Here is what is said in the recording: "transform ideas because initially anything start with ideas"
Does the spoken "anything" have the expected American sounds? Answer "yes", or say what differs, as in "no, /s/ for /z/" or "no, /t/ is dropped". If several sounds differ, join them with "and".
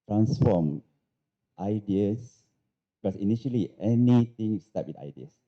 no, /t/ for /θ/